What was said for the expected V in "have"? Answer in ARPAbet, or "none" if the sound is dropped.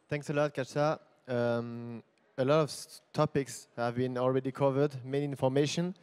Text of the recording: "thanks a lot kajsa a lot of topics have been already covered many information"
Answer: V